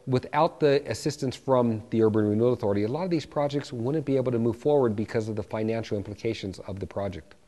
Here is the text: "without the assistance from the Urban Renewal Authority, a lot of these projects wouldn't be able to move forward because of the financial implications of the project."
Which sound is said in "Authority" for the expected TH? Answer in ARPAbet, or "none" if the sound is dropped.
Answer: TH